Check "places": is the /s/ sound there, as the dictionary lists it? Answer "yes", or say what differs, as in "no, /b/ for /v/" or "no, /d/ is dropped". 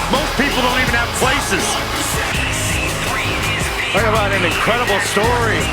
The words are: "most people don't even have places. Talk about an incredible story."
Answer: yes